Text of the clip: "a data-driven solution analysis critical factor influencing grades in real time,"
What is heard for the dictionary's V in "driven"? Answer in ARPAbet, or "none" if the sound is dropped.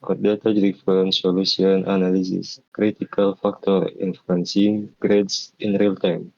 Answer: F